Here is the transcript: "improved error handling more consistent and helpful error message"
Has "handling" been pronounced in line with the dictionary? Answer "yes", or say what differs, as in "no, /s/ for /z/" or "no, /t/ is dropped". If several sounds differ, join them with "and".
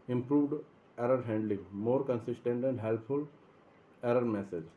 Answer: yes